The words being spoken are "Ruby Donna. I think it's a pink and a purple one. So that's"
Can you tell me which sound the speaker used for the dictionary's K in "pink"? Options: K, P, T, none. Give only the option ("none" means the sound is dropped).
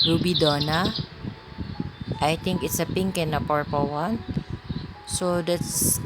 K